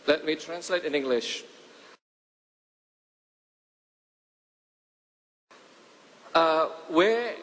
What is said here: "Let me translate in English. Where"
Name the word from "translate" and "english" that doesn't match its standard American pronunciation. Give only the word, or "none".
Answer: none